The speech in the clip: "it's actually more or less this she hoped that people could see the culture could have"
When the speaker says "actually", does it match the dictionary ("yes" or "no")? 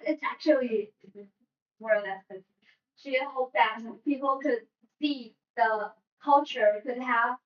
no